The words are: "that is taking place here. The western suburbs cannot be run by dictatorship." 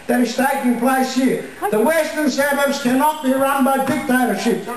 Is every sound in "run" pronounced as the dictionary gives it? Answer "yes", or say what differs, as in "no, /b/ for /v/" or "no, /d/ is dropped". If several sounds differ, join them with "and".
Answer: yes